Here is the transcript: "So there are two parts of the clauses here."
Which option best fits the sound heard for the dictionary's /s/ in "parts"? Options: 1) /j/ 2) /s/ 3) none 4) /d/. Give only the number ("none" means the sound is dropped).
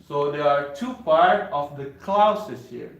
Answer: 3